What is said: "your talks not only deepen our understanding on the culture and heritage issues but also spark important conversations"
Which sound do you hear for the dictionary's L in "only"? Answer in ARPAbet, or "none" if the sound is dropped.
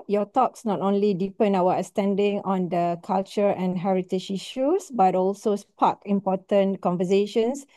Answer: L